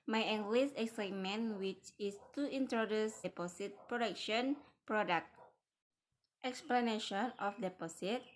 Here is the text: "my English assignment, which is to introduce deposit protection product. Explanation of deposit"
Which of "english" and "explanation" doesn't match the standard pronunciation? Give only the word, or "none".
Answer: english